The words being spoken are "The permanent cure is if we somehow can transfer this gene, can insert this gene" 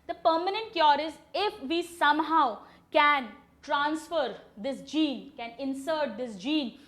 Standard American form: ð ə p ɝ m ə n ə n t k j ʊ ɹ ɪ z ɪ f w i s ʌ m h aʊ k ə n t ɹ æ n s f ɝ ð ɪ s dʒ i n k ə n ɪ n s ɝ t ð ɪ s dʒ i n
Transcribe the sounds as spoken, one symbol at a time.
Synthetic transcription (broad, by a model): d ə p ɝ m ə n ə n t k j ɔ ɹ ɪ z ɪ f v i s ʌ m h aʊ k ə n t ɹ æ n s f ɝ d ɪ s dʒ i n k ə n ɪ n s ɝ t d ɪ s dʒ i n